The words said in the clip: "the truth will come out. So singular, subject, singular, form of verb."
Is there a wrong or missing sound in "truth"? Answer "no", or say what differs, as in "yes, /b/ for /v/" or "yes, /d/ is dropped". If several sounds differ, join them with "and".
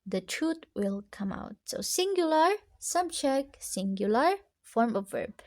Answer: yes, /t/ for /θ/